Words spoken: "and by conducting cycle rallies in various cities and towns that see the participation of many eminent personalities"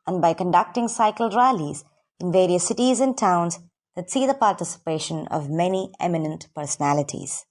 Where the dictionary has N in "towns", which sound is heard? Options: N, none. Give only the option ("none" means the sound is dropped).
N